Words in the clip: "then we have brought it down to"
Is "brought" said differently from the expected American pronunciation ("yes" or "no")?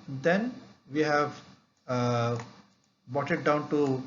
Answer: yes